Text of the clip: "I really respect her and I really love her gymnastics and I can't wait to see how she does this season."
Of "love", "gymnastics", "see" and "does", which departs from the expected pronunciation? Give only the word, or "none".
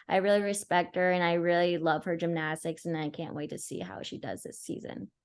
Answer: none